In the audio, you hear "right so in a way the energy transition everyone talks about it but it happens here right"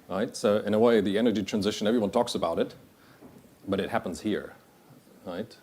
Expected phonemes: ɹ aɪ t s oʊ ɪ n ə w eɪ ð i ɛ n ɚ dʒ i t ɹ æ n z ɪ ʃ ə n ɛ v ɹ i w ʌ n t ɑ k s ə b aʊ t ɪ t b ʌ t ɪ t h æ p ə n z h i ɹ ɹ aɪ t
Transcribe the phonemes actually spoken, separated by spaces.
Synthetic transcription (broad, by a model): ɹ aɪ t s oʊ ɪ n ə w eɪ ð i ɛ n ɚ dʒ i t ɹ æ n z ɪ ʃ ə n ɛ v ɹ i w ʌ n t ɑ k s ə b aʊ t ɪ t b ʌ t ɪ t h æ p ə n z h i ɹ ɹ aɪ t